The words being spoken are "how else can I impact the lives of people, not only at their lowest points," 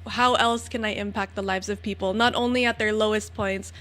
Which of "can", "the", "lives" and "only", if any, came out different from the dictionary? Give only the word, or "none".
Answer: none